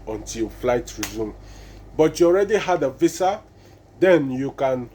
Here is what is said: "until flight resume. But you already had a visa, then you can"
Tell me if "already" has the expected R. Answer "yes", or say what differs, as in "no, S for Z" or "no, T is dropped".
yes